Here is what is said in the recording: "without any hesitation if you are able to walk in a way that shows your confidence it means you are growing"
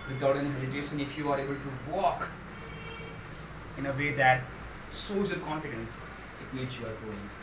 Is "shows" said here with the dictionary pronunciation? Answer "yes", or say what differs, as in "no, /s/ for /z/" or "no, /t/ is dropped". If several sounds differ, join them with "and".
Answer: no, /s/ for /ʃ/